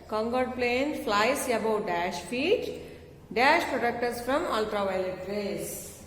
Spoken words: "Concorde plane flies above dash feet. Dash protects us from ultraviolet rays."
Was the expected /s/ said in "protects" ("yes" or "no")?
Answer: no